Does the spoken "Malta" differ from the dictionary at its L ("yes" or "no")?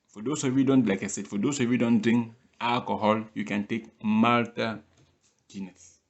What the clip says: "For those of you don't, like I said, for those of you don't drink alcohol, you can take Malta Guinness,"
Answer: no